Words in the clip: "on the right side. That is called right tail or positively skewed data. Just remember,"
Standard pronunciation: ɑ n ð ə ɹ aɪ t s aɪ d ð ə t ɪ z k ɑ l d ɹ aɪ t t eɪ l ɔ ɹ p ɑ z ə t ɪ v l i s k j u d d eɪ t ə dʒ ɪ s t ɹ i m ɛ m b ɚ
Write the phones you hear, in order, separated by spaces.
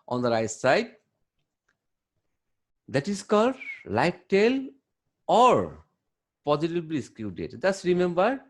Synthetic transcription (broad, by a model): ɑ n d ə ɹ aɪ s aɪ d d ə t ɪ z k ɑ d l aɪ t t eɪ l ɔ ɹ p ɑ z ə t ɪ b l i s k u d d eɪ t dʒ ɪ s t ɹ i m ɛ m b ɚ